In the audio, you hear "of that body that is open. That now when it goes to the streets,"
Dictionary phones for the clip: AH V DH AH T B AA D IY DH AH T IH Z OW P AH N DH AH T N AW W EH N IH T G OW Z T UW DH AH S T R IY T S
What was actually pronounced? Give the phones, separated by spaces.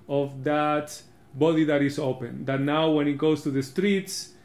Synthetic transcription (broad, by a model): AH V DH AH T B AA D IY DH AH T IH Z OW P AH N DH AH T N AW W EH N IH T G OW S T UW DH AH S T R IY T S